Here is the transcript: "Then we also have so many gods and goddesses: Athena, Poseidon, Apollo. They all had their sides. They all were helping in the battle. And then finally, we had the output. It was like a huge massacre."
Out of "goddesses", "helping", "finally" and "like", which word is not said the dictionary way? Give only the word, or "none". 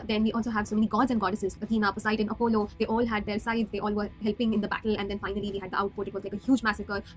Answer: none